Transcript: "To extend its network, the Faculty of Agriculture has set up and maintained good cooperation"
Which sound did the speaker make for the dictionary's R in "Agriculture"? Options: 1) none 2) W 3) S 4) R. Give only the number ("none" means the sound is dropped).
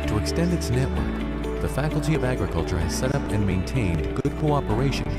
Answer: 4